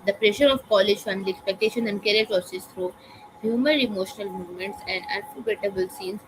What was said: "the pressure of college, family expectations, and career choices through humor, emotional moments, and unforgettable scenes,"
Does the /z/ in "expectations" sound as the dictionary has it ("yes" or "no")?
no